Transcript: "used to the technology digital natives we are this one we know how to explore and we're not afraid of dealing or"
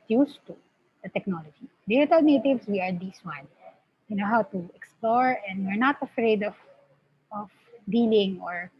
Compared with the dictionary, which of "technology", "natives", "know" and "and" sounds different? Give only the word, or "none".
natives